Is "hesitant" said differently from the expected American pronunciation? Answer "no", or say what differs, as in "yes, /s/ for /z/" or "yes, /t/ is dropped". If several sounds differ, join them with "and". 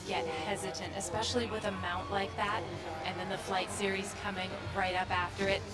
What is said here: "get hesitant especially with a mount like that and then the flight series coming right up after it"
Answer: no